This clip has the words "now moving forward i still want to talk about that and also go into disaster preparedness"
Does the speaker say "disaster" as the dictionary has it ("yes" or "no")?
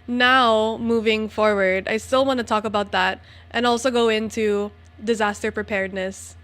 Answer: yes